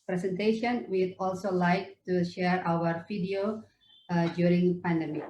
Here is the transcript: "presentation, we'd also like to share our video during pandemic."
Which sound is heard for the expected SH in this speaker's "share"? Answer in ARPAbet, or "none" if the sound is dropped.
SH